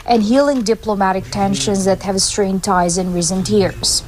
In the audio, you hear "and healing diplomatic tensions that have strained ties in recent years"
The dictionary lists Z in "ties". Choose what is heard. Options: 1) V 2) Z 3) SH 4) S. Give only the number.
2